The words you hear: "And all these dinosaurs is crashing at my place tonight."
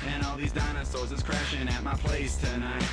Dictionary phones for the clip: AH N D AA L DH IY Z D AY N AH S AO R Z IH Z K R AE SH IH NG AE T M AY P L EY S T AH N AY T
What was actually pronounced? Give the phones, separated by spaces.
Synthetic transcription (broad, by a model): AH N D AA L DH IY Z D AY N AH S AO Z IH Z K R AE SH IH NG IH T M AY P L EY S T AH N AY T